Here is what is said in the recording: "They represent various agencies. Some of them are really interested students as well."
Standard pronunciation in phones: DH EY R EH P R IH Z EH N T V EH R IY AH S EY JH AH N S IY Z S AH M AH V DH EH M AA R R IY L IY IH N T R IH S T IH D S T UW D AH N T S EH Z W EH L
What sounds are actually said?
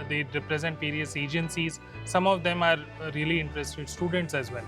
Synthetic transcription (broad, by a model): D EY R EH P R IH Z EH N T P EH R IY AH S EY JH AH N S IY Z S AH M AH V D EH M AA R R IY L IY IH N T R IH S T IH D S T UW D AH N T S EH Z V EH L